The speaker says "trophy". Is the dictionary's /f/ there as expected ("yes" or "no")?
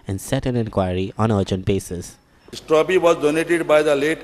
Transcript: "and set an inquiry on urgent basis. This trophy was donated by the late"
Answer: no